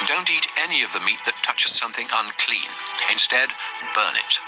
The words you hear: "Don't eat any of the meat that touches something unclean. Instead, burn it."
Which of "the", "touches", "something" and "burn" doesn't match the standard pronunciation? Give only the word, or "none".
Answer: none